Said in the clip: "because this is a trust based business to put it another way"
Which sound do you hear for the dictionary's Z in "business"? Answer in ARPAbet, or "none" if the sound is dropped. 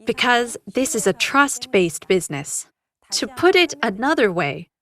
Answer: Z